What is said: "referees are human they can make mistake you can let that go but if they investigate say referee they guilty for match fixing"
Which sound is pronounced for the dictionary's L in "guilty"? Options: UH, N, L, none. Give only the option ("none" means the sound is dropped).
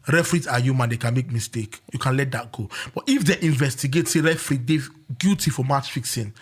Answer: none